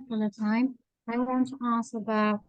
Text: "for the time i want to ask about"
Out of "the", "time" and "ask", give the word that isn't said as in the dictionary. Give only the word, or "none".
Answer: ask